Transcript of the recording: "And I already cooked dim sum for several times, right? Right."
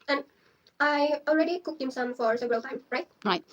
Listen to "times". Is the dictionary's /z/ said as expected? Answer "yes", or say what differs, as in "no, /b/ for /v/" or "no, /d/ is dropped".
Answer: no, /z/ is dropped